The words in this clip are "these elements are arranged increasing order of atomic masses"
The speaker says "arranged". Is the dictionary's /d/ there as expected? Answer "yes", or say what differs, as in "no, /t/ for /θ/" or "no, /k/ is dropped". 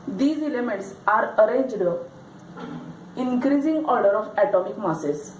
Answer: yes